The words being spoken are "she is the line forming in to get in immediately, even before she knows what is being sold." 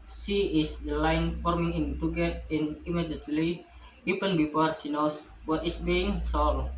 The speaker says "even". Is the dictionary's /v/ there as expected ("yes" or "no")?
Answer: no